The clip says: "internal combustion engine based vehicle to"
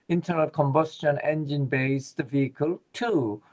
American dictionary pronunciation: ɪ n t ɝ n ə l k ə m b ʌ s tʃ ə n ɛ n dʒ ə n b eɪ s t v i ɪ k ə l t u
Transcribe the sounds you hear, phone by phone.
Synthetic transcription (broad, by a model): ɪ n t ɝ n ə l k ə m b ʌ s tʃ ə n ɛ n dʒ ə n b eɪ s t v i ɪ k ə l t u